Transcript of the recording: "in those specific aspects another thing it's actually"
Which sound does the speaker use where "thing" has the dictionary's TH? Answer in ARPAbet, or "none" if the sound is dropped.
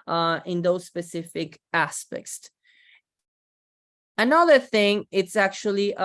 TH